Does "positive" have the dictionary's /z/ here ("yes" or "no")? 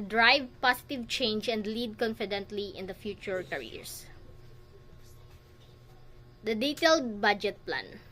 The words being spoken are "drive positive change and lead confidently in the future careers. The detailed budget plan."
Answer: no